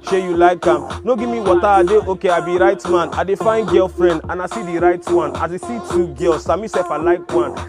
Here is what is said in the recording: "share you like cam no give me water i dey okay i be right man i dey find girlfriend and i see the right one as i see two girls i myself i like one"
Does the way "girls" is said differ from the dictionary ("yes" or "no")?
yes